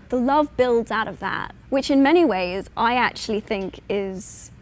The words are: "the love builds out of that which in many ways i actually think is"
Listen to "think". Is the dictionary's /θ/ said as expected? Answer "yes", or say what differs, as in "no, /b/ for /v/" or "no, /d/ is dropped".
yes